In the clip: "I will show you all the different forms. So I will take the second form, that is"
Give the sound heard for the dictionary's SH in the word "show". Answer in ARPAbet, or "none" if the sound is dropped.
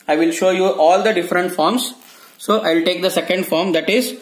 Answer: SH